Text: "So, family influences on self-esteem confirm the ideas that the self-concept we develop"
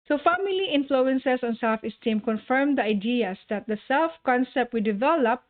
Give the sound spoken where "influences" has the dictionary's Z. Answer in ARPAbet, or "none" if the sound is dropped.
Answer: S